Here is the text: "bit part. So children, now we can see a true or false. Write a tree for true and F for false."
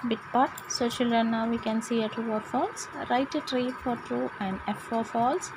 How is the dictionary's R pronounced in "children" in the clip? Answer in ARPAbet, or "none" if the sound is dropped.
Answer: none